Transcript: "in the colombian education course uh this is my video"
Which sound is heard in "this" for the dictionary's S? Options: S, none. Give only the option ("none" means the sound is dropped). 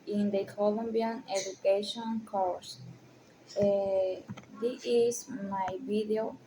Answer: none